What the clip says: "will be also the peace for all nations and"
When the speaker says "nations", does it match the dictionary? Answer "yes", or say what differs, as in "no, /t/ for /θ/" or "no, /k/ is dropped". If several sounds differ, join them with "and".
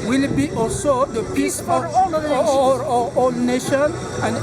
no, /z/ is dropped